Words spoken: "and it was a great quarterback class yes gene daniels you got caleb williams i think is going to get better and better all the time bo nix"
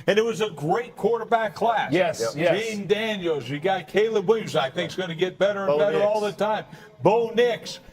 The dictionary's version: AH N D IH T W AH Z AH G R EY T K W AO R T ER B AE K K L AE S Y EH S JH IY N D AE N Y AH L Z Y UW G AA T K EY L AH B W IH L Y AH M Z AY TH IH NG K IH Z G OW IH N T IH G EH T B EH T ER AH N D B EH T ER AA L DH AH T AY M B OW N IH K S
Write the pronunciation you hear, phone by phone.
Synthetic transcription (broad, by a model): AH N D IH T W AH Z AH G R EY T K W AO R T ER B AE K K L AE S Y EH S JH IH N D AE N Y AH L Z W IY G AA T K EY L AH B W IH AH Z AY TH IH NG K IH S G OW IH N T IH G EH T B EH T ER AH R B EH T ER AA L DH AH T AY M B OW N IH K S